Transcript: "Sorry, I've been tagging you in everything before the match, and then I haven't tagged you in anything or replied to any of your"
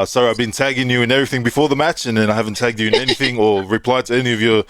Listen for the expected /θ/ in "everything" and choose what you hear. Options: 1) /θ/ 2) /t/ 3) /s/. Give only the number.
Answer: 1